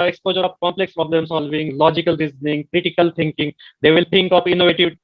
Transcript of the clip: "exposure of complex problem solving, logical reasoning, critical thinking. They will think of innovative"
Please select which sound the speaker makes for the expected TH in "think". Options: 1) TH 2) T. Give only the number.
2